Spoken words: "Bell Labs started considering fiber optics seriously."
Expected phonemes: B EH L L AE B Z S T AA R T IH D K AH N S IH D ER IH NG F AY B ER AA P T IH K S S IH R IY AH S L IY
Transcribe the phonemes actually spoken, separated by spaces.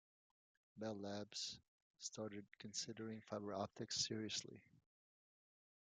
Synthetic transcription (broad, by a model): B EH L L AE B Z S T AA R T IH D K AH N S IH D ER IH NG F AY B ER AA P T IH K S S IH R IY AH S L IY